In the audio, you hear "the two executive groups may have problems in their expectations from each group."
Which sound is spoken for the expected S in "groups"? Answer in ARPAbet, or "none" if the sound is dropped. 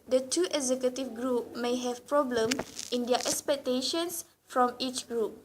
none